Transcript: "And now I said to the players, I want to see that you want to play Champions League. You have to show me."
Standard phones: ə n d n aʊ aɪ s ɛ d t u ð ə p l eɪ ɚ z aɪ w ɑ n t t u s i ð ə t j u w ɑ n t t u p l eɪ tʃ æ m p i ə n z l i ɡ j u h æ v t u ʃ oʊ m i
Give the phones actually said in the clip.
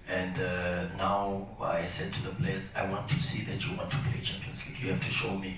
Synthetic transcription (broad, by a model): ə n d n aʊ aɪ s ɛ d t u ð ə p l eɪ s aɪ w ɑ n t t u s i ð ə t j u w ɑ n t t u p l eɪ tʃ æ m p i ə n s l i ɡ j u h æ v t u ʃ oʊ m i